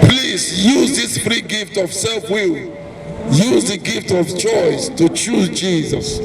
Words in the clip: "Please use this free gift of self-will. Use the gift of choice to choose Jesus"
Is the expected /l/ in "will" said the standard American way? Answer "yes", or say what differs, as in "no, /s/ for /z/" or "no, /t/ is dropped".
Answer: yes